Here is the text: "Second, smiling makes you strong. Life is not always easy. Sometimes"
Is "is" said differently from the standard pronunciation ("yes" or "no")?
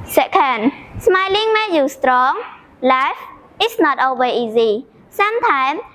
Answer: yes